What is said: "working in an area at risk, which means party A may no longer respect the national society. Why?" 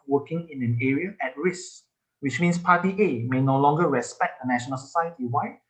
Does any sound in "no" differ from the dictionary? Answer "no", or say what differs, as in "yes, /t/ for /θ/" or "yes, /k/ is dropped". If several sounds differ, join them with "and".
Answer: no